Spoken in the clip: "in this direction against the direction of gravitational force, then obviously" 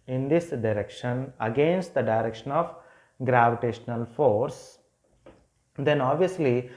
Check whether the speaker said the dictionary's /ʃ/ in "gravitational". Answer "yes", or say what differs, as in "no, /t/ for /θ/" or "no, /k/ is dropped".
yes